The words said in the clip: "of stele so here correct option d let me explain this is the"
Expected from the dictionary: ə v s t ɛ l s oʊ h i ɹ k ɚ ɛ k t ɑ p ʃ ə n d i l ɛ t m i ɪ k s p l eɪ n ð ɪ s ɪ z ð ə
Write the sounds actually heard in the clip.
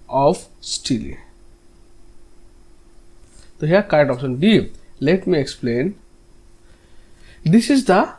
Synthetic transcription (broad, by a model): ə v s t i l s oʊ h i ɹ k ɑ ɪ t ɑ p s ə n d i l ɛ t m i ɪ k s p l eɪ n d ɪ s ɪ z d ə